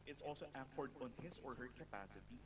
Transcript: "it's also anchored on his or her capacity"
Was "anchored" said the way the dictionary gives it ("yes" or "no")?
no